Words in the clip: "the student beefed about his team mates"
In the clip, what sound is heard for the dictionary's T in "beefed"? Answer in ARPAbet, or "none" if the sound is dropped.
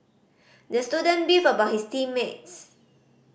none